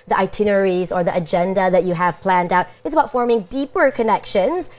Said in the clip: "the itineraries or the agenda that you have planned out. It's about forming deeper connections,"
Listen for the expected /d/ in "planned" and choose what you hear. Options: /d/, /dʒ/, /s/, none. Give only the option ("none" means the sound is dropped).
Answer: /d/